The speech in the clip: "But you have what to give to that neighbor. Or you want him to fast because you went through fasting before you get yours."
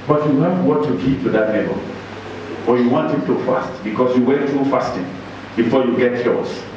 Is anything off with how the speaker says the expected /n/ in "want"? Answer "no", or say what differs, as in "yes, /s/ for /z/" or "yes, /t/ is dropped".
no